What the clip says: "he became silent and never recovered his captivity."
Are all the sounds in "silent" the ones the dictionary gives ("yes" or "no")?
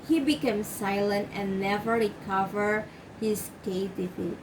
yes